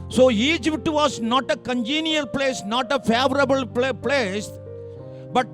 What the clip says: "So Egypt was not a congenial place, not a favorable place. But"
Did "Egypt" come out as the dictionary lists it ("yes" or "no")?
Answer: no